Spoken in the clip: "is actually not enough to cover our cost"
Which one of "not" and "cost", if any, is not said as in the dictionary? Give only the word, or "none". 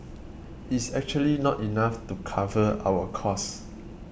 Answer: cost